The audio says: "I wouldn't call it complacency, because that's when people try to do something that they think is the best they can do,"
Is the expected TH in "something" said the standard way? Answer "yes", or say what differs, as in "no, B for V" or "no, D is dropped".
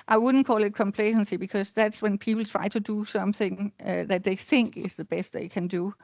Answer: yes